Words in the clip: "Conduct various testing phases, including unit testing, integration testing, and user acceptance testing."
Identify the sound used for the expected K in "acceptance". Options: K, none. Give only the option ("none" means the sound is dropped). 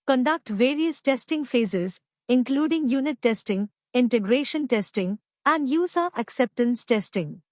K